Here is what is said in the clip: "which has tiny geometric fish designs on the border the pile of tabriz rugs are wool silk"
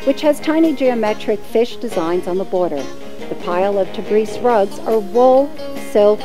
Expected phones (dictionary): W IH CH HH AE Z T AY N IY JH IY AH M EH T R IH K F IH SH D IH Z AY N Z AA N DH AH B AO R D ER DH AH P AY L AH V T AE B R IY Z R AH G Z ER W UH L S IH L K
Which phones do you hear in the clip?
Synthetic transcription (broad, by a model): W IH CH HH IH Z T AY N IY JH IY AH M EH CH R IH K F IH SH D IH Z AY N Z N DH AH B AO R D ER DH AH P AY L AH V T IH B R IY S R AH G Z ER W UH L S IH L K